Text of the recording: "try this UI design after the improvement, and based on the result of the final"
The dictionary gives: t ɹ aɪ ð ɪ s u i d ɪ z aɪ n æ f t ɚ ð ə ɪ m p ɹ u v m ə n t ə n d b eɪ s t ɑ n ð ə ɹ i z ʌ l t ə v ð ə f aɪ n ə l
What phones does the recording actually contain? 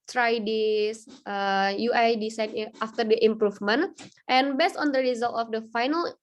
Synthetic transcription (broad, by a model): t ɹ aɪ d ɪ s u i d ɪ s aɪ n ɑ f t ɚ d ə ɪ m p ɹ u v m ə n t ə n b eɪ s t ɑ n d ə ɹ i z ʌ l t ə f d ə f aɪ n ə l